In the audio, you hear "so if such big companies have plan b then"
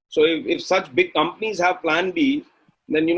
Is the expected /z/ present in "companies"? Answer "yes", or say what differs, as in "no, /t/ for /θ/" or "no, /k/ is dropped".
yes